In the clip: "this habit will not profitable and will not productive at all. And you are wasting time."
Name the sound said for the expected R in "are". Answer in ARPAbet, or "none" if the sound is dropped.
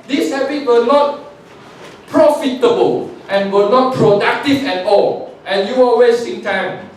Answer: L